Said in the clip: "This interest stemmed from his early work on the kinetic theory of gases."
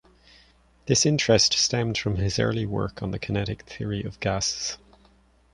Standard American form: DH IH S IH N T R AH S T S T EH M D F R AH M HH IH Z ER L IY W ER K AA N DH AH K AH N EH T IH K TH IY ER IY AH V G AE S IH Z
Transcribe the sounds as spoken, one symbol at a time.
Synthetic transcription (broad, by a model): DH IH S IH N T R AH S T S T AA M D F R AH M IH Z ER L IY W ER K N DH AH K AH N EH T IH K TH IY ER IY AH V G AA S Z